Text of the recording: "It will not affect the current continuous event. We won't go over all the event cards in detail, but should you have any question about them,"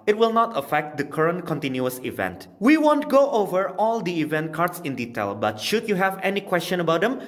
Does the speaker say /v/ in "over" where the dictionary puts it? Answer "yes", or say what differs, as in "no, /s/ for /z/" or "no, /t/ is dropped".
yes